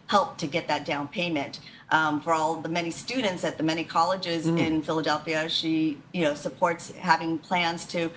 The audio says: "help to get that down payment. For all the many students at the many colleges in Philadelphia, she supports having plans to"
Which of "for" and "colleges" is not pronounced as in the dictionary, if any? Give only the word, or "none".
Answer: none